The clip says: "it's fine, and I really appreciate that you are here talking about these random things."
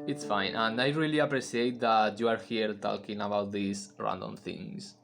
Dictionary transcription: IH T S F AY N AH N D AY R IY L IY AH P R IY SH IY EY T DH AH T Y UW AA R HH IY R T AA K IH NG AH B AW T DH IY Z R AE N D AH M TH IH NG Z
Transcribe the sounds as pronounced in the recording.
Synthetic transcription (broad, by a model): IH T S F AY N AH N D AY R IY L IY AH P R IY S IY EY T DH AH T Y UW AA R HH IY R T AA K IH NG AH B AW T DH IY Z R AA N D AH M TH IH NG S